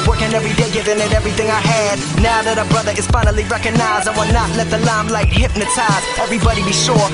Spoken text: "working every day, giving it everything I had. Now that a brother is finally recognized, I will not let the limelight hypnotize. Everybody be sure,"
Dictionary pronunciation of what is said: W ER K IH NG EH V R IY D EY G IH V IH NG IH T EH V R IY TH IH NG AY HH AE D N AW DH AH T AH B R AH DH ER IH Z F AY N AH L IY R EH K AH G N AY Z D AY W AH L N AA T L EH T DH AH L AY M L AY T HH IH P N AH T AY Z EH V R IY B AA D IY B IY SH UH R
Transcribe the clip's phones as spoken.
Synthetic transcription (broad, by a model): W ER K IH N EH V R IY D EY G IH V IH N IH T EH V R IY TH IH NG AY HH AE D N AW DH AH T AH B R AH DH ER IH Z F AY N L IY R EH K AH G N AY Z AY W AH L N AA T L EH T DH AH L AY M L AY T HH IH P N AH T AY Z EH V R IY B AA D IY B IY SH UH R